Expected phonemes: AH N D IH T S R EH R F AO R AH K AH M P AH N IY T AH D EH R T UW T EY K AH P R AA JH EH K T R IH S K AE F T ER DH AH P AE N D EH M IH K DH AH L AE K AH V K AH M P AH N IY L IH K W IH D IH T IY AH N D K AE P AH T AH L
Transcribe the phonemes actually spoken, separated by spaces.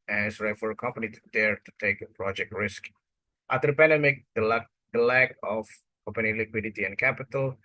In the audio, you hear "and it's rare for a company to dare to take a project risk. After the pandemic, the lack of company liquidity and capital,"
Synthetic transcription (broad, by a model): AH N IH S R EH F AO R AH K AH M P AH N IY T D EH R T UW T EY K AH P R AA JH EH K T R IH S K T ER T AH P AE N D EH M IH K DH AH L AE K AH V K AH M P AH N IY L IH K W IH D IH T IY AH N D K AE P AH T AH L